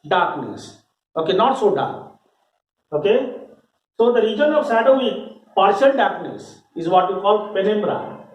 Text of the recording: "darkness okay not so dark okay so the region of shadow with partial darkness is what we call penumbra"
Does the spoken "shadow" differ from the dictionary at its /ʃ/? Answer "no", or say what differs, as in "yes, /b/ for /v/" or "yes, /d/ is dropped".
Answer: yes, /s/ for /ʃ/